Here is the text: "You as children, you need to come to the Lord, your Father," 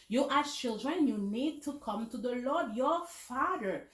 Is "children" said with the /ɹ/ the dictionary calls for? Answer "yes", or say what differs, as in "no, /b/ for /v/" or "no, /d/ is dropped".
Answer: yes